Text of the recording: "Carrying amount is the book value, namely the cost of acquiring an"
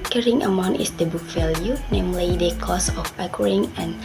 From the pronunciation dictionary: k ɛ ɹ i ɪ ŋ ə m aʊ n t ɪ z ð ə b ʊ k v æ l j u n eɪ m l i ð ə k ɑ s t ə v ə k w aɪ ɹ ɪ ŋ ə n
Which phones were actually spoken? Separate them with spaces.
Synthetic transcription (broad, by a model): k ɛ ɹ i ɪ ŋ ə m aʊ n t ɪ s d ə b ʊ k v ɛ l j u n eɪ m l i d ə k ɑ s ə f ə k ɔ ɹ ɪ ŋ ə n